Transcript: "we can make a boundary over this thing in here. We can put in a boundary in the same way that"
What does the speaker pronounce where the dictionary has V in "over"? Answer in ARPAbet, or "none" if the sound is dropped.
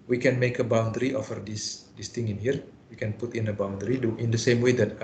F